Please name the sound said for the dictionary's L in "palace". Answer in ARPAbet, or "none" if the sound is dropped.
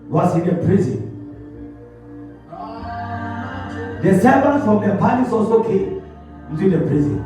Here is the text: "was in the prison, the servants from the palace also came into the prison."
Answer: N